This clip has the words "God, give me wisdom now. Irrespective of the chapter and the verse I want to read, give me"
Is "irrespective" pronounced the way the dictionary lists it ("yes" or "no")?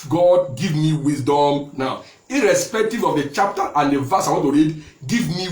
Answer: yes